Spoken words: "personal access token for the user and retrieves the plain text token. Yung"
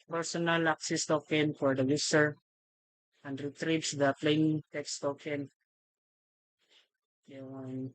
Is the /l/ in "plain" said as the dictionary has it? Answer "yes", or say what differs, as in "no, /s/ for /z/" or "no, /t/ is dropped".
yes